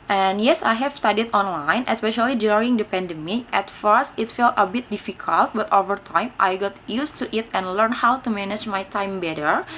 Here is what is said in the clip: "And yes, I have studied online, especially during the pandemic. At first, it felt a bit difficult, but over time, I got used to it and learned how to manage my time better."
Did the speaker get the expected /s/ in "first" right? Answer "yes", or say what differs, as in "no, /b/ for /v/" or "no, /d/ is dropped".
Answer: yes